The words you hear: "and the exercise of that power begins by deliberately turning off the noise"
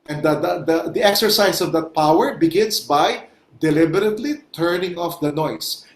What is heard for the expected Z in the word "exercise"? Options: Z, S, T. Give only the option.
S